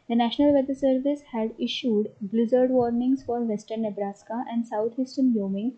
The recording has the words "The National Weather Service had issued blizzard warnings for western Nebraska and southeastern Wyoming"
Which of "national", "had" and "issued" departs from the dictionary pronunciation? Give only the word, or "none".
none